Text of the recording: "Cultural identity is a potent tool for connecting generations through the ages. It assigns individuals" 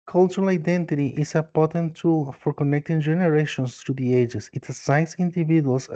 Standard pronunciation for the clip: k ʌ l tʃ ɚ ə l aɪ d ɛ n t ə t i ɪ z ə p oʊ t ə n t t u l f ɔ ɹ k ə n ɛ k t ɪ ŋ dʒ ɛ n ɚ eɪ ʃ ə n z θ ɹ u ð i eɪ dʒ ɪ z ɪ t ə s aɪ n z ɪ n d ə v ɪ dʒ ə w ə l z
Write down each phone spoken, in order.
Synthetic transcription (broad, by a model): k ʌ l tʃ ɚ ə l aɪ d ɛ n t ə t i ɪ s ə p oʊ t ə n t t u l f ɔ ɹ k ə n ɛ k t ɪ ŋ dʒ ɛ n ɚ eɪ ʃ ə n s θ ɹ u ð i eɪ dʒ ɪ s ɪ t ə s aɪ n s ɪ n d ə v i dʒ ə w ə l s